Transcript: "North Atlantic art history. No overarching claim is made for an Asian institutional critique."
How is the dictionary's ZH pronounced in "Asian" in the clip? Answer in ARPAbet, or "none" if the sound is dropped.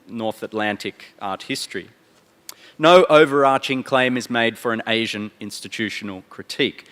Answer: ZH